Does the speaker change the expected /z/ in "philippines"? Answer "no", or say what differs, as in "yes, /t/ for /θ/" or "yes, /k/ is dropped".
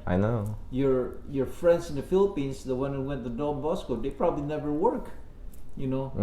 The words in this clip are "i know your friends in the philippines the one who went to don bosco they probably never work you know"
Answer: yes, /s/ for /z/